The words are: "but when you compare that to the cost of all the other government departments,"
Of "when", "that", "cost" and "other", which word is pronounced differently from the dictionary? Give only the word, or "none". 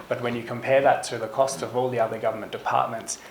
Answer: none